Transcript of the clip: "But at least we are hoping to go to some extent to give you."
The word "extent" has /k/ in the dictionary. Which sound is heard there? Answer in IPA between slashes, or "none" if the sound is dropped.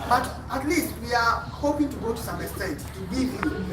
none